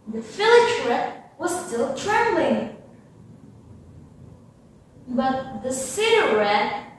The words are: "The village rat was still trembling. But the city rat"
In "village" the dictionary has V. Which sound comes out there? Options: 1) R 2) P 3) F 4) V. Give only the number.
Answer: 3